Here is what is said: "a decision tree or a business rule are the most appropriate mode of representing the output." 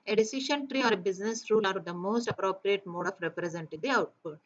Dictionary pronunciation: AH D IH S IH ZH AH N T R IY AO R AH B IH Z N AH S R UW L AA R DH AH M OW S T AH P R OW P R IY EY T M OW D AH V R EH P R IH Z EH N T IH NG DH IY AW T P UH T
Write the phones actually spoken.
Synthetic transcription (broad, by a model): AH D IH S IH SH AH N T R IY AO R AH B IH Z N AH S R UW L AA R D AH M OW S T AH P R OW P R IY EY T M OW D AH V R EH P R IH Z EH N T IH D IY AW T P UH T